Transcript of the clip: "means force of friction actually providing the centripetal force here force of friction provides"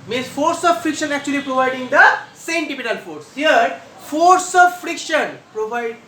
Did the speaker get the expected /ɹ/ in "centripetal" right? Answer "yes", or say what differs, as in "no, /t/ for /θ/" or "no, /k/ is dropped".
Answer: no, /ɹ/ is dropped